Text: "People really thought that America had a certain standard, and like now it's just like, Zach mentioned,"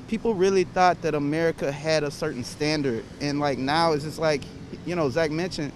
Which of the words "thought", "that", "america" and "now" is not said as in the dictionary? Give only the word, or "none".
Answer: none